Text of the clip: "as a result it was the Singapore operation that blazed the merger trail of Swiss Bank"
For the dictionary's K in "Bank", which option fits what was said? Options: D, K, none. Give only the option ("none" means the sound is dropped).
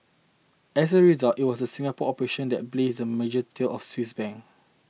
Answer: none